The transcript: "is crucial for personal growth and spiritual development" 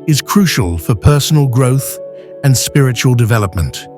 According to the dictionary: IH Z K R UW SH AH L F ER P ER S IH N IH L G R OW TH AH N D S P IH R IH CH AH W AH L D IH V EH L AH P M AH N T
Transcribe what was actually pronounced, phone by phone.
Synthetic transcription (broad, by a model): IH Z K R UW SH AH L F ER P ER S N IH L G R OW TH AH N S P IH R IH CH AH W AH L D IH V EH L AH P M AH N T